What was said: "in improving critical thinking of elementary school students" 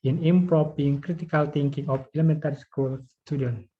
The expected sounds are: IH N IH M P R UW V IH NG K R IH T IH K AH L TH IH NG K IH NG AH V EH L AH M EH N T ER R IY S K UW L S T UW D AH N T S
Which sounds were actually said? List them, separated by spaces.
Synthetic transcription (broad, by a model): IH N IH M P R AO P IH NG K R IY T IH K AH L T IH NG K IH NG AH F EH L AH M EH N T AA R IY S K UW L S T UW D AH N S